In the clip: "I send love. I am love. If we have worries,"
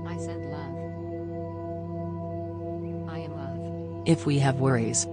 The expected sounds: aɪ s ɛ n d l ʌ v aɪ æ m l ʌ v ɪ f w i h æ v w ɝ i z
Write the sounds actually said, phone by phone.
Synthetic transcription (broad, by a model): aɪ s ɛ d l ʌ v aɪ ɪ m l ʌ v ɪ f w i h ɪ v w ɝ i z